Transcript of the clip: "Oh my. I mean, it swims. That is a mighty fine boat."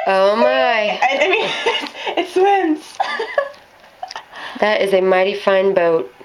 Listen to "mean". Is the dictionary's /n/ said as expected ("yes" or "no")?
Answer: no